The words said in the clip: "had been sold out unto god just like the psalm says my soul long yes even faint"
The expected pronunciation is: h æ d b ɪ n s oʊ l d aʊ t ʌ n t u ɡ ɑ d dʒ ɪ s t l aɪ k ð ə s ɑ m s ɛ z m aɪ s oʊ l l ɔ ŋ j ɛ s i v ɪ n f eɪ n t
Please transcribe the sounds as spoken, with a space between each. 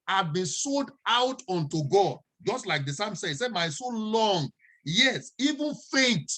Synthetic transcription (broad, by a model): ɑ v b ɪ n s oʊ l d aʊ t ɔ n t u ɡ ɑ d dʒ ɪ s t l aɪ k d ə s ɑ m s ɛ s m aɪ s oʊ n l ɔ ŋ j ɛ s i v ɪ n f eɪ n t